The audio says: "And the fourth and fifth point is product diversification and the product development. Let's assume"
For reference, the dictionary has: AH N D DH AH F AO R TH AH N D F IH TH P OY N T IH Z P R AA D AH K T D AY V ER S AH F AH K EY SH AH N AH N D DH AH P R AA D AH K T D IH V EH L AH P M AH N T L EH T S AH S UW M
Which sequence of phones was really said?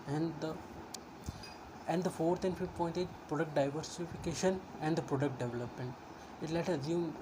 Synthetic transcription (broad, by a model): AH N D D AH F AO R T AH N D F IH P OY N T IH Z P R AA D AH K T D AY V ER S AH F AH K EY SH AH N AH N D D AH P R AA D AH K T D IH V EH L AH P M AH N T L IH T AH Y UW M